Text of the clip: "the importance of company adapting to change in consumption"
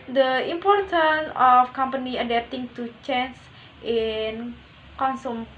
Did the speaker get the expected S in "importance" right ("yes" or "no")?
no